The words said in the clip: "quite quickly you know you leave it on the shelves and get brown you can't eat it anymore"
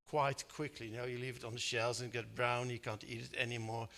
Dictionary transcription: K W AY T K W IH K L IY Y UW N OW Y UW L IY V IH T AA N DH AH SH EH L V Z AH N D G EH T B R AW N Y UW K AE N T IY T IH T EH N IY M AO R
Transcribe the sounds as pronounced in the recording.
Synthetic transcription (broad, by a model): K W AY T K W IH K L IY N OW Y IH L IY V IH T N DH AH SH EH L Z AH N G EH T B R AW N Y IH K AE N T IY T IH T EH N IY M AO R